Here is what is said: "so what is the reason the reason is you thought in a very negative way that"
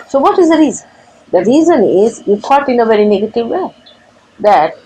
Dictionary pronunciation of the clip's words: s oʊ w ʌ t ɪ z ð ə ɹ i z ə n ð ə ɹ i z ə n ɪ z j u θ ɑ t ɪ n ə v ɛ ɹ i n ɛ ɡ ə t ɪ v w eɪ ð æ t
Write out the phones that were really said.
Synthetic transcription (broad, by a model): s oʊ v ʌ t ɪ z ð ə ɹ i z ə n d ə ɹ i z ə n ɪ z j u f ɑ t ɪ n ə v ɛ ɹ i n ɛ ɡ ə t ɪ v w eɪ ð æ t